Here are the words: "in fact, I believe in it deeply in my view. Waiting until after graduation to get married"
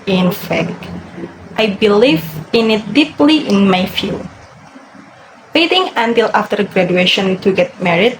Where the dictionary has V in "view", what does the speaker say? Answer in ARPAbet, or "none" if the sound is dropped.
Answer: F